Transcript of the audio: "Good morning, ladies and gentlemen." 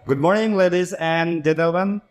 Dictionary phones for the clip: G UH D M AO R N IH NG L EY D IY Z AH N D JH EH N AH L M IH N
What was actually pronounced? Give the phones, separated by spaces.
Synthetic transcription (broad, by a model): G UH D M AO R N IH NG L EY D IY Z AH N D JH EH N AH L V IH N